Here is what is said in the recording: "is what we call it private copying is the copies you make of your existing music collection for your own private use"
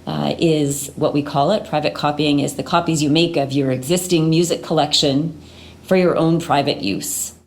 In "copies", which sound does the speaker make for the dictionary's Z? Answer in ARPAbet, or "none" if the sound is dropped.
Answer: Z